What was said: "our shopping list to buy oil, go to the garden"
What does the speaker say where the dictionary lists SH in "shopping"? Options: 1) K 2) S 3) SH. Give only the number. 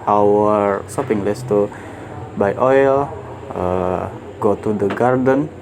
2